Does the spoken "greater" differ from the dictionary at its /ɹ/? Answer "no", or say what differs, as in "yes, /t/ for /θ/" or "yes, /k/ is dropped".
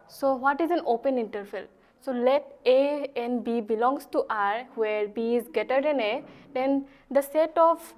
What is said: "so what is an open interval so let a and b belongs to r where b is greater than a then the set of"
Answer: yes, /ɹ/ is dropped